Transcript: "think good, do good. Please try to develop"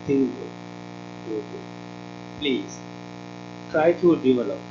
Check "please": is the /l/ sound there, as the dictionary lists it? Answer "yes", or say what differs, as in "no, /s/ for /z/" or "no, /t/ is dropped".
yes